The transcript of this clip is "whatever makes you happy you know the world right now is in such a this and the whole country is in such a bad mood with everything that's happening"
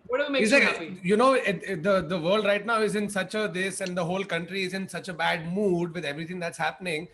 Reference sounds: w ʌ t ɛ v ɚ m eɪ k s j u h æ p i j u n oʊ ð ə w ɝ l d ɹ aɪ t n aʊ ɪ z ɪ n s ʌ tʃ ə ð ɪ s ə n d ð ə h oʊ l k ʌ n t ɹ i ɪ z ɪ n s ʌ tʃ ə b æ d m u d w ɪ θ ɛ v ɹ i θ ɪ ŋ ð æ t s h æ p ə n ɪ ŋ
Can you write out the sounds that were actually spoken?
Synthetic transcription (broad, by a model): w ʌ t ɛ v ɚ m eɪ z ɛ j u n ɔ i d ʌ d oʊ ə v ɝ l d ɹ aɪ t n aʊ ɪ z ɪ n s ʌ tʃ ə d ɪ s ə n d ə h oʊ l k ʌ n t ɹ i ɪ z ɪ n s ʌ tʃ ə b æ d m u d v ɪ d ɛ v ɹ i t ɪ ŋ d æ t s h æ p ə n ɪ ŋ